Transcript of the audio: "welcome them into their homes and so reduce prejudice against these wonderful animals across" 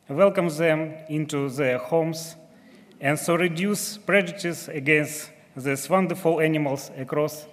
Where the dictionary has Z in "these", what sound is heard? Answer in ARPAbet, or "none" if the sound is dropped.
S